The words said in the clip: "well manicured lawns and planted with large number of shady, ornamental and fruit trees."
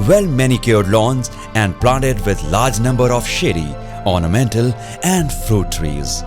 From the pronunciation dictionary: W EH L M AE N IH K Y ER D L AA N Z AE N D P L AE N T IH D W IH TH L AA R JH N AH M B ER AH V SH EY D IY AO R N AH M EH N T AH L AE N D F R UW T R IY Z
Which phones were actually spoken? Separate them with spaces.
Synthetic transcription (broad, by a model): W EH L M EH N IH K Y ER D L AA N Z AE N D P L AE N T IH D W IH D L AA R JH N AH M B ER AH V SH EY D IY AO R N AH M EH N T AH L AE N D F R UW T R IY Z